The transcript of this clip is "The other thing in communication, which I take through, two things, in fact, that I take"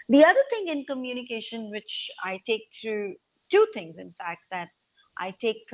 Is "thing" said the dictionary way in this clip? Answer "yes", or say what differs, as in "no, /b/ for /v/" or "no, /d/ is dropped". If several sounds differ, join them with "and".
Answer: no, /t/ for /θ/